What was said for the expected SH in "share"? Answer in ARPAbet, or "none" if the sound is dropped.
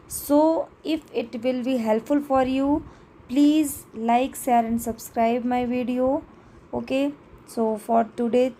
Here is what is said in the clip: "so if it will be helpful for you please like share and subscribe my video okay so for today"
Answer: S